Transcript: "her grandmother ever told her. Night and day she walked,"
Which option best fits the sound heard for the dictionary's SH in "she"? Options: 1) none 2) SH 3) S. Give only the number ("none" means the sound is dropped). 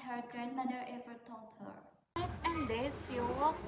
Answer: 3